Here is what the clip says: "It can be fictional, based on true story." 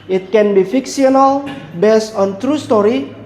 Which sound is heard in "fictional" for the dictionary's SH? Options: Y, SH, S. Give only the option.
S